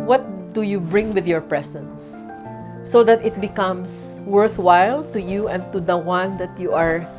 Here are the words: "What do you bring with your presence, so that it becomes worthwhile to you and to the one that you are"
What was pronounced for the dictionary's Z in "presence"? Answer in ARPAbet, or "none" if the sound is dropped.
S